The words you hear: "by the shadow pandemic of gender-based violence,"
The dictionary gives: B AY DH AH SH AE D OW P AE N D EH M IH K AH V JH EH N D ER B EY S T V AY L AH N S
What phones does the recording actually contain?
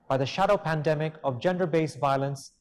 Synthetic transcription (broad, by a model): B AY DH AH SH AE D OW P AE N D EH M IH K AH V JH EH N D ER B EY S V AY L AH N S